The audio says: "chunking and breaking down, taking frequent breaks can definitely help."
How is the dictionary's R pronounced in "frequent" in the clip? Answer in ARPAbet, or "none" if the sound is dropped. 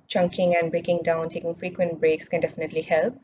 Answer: R